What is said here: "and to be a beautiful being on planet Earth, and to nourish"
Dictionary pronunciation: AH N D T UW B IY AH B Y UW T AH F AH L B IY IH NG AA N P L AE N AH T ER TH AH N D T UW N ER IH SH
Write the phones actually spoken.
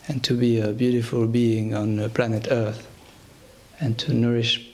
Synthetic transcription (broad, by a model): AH N T UW B IY AH B Y UW T AH F AH L B IY IH NG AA N P L AE N AH T ER TH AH N T UW N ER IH SH